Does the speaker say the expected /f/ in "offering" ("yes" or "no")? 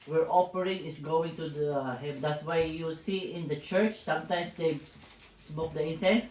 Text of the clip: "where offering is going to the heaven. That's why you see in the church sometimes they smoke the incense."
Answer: no